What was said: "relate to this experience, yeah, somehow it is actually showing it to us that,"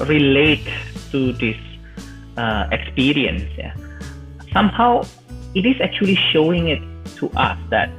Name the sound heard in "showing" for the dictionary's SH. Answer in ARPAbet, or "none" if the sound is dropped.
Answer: SH